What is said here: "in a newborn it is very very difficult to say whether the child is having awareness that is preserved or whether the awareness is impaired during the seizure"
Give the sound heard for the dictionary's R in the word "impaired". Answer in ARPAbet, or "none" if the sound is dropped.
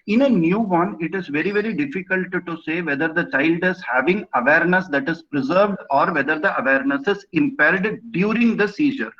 L